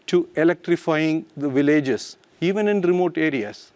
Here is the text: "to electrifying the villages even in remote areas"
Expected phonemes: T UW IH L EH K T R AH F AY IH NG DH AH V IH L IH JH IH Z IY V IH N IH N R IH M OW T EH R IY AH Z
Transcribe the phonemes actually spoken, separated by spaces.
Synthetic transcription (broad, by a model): T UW IH L EH K T R AH F AY IH NG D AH V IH L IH JH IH S IY V IH N IH N R IH M OW T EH R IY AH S